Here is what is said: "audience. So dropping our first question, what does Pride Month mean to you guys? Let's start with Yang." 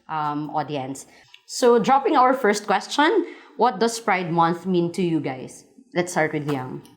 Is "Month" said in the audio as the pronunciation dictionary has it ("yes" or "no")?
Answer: yes